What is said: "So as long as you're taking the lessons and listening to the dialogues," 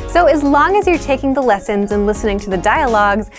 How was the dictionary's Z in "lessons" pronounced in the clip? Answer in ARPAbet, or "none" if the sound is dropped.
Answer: Z